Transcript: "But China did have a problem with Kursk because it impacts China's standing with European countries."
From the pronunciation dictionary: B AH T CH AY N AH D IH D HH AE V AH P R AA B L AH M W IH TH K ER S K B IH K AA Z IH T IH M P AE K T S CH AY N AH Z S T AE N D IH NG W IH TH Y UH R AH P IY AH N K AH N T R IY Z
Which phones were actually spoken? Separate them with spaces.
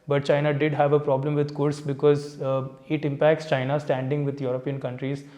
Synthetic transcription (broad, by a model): B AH T CH AY N AH D IH D HH AE V AH P R AA B L AH M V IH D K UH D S B IH K AA Z IH T IH M P AE K T S CH AY N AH S T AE N D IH NG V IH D Y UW R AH P IY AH N K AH N T R IY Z